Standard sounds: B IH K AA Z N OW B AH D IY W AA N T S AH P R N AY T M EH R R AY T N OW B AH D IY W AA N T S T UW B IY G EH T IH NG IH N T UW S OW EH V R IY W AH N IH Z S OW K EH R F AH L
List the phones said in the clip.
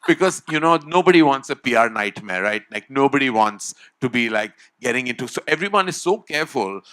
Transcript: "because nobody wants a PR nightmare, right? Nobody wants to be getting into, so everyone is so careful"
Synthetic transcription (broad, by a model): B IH K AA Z N OW B AH D IY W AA N T S AH P R N AY T M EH R L AY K N OW B AH D IY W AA N T S T UW B IY G EH T IH NG IH N T UW S OW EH V R IY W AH N IH Z S OW K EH R F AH L